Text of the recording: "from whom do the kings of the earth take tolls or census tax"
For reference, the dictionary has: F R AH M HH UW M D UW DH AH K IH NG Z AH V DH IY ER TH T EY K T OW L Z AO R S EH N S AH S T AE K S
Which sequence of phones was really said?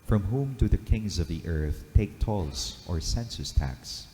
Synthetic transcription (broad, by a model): F R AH M HH UW M D UW DH AH K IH NG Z AH V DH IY ER TH T EY K T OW L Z AO R S EH N S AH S T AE K S